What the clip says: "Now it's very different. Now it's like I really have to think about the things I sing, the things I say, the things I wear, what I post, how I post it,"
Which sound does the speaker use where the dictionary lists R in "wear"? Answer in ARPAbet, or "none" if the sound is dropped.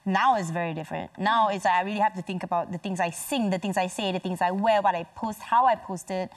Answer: L